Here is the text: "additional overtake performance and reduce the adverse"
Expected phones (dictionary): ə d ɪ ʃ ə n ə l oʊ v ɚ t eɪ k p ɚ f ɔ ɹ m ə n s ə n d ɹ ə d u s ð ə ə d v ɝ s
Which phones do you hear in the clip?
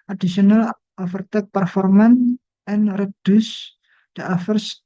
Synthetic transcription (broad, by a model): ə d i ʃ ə n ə l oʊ f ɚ t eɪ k p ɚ f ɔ ɹ m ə n ə n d ɹ ə d u s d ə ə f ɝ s